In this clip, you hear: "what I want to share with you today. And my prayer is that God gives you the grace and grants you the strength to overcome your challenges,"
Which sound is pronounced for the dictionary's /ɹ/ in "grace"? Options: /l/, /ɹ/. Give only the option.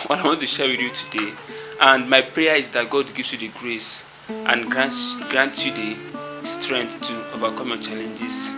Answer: /ɹ/